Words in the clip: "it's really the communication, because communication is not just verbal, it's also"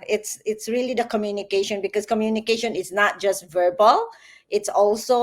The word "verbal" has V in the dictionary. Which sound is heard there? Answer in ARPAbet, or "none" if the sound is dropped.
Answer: V